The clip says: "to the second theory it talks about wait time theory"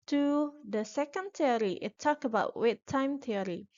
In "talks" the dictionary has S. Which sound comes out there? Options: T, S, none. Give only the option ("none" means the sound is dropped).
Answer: none